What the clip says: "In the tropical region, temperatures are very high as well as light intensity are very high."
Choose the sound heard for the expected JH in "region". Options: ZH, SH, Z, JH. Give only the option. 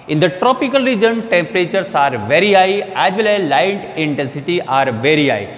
JH